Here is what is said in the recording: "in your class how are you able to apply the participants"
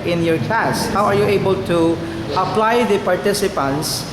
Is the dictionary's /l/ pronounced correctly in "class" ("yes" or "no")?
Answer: no